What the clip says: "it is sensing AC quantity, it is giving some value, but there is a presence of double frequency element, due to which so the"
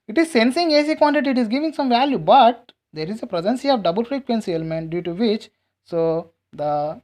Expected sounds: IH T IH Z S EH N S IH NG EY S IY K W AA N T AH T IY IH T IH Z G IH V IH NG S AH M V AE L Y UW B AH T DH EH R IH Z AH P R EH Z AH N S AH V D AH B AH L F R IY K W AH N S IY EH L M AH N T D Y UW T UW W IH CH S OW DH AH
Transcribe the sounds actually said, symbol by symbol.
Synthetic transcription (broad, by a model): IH T IH Z S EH N S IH NG EY S IY K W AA N T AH T IY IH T IH Z G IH V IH NG S AH M V AE L Y UW B AH T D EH R IH Z AH P R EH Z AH N S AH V D AH B AH L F R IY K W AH N S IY EH L M AH N T D Y UW T UW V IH CH S OW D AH